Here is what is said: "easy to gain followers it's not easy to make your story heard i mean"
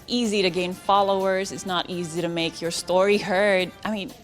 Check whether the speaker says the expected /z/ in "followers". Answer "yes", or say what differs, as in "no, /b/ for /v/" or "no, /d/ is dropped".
yes